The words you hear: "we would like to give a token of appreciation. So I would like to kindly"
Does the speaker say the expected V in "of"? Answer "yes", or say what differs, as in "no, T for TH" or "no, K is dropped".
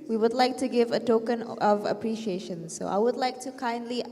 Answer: yes